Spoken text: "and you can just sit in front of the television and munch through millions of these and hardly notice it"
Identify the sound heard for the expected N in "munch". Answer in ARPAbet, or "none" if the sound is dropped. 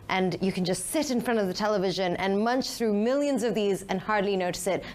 N